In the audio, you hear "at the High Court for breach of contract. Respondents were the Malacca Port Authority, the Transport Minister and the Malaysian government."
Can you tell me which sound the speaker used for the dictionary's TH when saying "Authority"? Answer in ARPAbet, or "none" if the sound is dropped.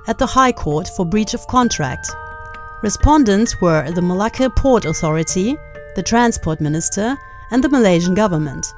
TH